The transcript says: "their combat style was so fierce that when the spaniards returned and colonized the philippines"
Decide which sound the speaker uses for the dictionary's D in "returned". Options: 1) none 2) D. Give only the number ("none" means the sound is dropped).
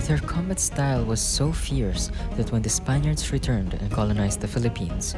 2